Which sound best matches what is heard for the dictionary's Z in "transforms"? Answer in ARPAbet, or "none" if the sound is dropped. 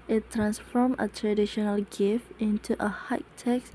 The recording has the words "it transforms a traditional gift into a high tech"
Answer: none